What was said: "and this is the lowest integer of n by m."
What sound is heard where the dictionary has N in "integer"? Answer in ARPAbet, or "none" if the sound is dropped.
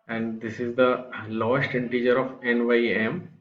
N